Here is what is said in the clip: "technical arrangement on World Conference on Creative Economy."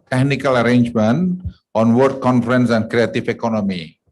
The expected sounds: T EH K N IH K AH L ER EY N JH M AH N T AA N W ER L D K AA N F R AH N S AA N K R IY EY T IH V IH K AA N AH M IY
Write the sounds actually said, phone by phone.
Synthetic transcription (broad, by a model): T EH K N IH K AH L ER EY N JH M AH N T AA N W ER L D K AA N F R AH N S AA N K R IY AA T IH F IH K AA N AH M IY